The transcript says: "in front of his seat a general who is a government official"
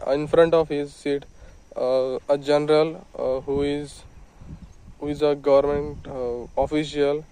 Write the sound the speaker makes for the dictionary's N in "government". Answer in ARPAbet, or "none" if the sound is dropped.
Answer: N